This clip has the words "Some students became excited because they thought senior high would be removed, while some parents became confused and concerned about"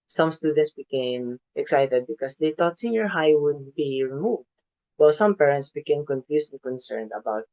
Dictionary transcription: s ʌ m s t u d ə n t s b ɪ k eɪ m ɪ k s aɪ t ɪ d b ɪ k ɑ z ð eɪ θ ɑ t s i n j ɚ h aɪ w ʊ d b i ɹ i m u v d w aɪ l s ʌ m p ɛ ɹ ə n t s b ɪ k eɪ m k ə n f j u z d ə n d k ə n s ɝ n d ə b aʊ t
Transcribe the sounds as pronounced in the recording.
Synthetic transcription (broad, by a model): s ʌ m s t u d ə n t s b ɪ k eɪ m ɪ k s aɪ t ɪ d b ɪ k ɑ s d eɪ t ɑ t s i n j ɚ h aɪ w ʊ d b i ɹ i m u v d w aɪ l s ʌ m p ɛ ɹ ə n t s b ɪ k eɪ m k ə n f j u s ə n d k ə n s ɝ n d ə b aʊ t